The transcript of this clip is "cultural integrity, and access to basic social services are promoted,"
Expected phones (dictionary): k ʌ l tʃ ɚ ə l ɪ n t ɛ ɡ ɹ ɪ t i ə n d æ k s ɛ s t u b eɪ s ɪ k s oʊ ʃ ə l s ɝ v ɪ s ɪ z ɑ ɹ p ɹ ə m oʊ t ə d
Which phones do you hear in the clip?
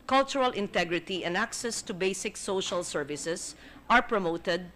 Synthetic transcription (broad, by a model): k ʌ l tʃ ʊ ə l ɪ n t ɛ ɡ ɹ ɪ t i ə n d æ k s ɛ s t u b eɪ s ɪ k s oʊ ʃ ə l s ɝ v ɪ s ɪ s ɑ ɹ p ɹ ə m oʊ t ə d